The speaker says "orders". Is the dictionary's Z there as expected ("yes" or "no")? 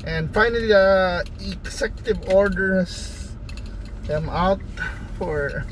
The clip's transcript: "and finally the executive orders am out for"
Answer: no